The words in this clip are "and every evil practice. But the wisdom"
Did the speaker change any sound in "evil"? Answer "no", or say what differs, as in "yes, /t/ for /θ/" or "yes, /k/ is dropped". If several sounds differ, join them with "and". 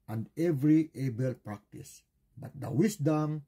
yes, /b/ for /v/